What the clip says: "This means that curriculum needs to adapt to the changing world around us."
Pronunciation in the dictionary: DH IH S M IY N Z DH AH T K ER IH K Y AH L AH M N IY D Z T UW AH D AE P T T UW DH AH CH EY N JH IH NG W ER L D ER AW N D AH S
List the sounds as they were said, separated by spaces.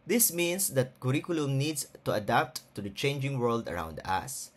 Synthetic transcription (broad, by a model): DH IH S M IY N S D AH T K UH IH K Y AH L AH M N IY D S T UW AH D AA P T T UW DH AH CH EY N JH IH NG W ER L D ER AW N D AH S